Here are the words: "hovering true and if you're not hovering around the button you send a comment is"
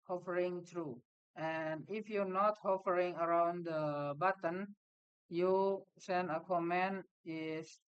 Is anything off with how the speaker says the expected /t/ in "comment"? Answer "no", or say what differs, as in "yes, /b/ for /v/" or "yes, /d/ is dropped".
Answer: yes, /t/ is dropped